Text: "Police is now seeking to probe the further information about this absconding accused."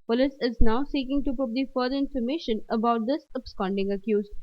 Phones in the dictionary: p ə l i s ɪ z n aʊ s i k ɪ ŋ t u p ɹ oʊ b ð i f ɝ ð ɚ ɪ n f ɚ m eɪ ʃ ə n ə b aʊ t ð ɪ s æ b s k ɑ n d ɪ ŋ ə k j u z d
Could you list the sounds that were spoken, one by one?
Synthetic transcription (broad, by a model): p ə l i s ɪ z n aʊ s i k ɪ ŋ t u p ʊ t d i f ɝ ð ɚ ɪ n f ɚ m eɪ ʃ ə n ə b aʊ t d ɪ s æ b s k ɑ n d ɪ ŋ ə k j u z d